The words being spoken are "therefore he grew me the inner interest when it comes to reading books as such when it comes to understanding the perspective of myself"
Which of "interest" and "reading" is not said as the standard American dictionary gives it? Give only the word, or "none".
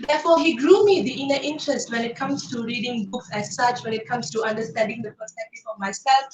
none